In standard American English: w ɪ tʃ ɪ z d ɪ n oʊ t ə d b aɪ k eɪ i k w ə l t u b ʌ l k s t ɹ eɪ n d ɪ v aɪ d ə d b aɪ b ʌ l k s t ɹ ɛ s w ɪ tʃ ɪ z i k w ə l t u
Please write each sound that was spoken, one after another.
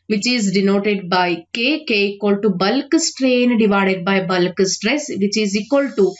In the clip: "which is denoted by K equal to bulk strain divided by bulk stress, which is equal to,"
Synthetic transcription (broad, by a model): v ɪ tʃ ɪ z d ɪ n oʊ t ə d b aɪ k eɪ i k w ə l t u b ʌ l k s t ɹ eɪ n d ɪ v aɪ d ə d b aɪ b ʌ l k s t ɹ ɛ s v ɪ tʃ ɪ z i k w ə l t u